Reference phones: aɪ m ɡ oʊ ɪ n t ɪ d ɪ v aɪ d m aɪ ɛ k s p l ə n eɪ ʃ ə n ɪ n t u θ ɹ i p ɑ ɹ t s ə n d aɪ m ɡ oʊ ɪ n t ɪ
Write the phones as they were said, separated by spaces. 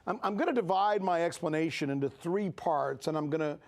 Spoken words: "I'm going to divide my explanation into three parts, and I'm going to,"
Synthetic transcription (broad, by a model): aɪ m ɡ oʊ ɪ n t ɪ d ɪ v aɪ d m aɪ ɛ k s p l ə n eɪ ʃ ə n ɪ n t u θ ɹ i p ɑ ɹ t s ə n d aɪ m ɡ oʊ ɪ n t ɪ